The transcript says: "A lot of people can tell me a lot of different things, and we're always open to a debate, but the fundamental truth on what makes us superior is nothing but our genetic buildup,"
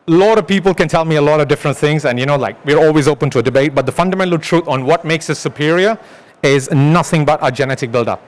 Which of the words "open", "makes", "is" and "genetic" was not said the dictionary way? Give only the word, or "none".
none